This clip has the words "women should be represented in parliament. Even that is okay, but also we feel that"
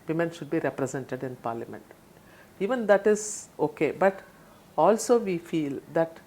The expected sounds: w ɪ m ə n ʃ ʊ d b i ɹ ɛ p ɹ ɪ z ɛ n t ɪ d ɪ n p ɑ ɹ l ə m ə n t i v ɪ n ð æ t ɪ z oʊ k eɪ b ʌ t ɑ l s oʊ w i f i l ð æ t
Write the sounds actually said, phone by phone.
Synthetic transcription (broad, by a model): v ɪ m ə n ʃ ʊ d b i ɹ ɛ p ɹ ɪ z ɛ n t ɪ d ɪ n p ɑ ɹ l ə m ə n t i v ɪ n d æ t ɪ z oʊ k eɪ b ʌ t ɑ l s oʊ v i f i l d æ t